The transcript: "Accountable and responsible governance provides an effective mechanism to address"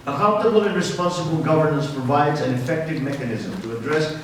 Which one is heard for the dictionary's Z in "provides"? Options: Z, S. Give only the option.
Z